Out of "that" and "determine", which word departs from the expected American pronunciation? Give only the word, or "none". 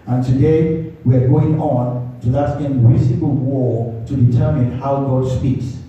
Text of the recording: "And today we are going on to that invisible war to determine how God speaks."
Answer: none